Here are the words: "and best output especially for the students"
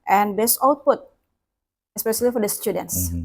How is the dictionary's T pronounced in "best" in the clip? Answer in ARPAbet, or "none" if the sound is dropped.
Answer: none